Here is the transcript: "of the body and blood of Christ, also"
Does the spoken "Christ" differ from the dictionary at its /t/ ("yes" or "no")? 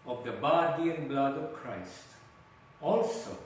no